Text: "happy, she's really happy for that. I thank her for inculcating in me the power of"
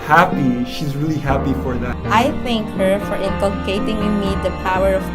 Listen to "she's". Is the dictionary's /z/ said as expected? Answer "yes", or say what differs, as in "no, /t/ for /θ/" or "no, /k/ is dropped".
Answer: yes